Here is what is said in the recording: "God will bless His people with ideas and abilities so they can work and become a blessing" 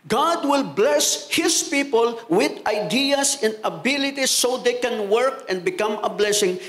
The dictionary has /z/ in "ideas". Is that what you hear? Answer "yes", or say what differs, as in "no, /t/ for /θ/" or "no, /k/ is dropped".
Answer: no, /s/ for /z/